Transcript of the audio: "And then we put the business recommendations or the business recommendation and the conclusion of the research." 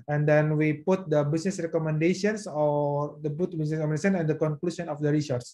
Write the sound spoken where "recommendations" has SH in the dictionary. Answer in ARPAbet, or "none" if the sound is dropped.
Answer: none